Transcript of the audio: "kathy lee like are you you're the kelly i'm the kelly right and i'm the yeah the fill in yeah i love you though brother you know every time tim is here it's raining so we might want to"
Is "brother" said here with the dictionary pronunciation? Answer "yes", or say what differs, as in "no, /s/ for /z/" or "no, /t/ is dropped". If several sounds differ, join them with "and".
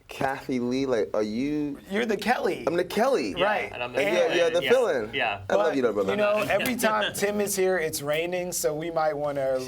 no, /ɹ/ is dropped